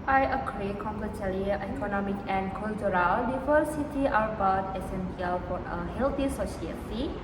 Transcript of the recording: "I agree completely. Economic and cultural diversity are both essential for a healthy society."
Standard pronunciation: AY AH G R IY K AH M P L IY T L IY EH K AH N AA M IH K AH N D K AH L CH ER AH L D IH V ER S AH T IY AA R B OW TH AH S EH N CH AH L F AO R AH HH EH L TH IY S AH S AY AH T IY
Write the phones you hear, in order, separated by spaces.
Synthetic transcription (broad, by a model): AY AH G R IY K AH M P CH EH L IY EH K AH N AA M IH K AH N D K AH L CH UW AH L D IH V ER S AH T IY AA R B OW T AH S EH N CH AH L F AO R AH HH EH L T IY S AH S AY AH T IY